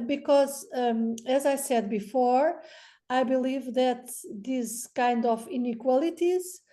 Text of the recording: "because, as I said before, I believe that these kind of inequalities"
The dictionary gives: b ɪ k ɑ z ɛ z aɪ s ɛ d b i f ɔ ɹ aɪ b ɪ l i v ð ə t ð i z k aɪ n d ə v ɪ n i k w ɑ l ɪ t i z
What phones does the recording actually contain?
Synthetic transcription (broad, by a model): b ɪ k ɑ z ɛ z aɪ s ɛ d b i f ɔ ɹ aɪ b ɪ l i v ð ə t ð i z k aɪ n d ə v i n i k w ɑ l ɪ t i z